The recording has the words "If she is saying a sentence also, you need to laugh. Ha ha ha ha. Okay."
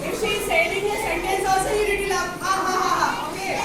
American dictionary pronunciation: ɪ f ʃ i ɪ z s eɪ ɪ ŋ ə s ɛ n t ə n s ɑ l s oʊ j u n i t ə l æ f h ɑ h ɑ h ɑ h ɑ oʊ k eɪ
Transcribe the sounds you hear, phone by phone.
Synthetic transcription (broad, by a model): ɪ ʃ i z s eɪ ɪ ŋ ə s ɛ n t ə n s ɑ s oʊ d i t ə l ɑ h ɑ h ɑ h ɑ h ɑ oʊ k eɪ